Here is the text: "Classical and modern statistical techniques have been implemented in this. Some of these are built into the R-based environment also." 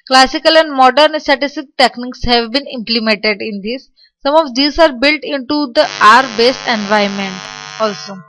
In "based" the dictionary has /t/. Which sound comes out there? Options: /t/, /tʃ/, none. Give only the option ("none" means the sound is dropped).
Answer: none